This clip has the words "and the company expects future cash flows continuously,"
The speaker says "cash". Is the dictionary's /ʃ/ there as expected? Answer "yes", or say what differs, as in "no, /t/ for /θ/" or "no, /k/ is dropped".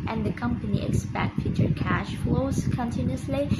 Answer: yes